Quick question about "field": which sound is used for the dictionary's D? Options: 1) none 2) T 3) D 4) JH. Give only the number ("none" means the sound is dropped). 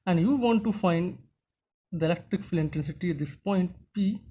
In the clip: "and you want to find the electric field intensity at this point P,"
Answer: 1